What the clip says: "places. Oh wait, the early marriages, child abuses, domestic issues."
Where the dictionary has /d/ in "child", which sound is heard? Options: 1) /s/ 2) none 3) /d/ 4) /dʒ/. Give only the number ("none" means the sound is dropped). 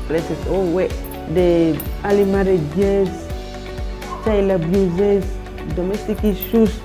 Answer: 2